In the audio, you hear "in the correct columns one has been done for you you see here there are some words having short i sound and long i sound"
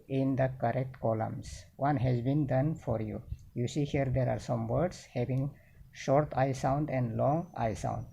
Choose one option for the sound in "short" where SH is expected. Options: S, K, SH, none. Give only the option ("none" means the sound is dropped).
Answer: SH